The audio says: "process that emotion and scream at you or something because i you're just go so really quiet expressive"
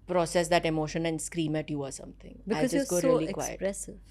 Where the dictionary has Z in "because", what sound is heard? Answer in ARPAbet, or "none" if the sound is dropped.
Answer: none